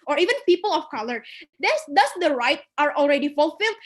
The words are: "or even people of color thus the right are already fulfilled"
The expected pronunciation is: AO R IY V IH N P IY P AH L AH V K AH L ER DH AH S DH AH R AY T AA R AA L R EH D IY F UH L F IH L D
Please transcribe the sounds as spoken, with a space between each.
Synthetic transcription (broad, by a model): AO R IY V IH N P IY P AH L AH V K AH L ER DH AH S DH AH R AY T AA R AA L R EH D IY F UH L F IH L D